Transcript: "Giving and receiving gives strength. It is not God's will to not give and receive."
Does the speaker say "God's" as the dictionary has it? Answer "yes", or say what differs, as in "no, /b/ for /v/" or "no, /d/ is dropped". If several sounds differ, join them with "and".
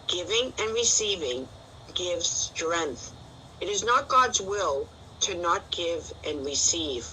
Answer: yes